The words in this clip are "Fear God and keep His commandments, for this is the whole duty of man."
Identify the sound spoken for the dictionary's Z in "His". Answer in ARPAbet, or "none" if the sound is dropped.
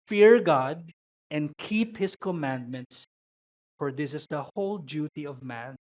S